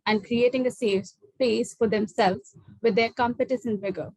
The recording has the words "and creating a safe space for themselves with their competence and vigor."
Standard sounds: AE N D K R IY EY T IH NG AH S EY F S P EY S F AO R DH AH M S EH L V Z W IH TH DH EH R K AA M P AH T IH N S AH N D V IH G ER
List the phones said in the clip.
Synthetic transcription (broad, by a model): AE N D K R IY EY T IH NG AH S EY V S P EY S F AO R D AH M S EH L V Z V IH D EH R K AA M P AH T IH S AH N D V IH G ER